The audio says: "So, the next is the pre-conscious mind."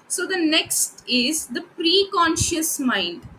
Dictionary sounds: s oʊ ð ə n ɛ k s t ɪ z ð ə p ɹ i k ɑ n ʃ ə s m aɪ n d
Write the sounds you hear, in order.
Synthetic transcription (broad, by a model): s oʊ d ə n ɛ k s t ɪ z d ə p ɹ i k ɑ n ʃ ə s m aɪ n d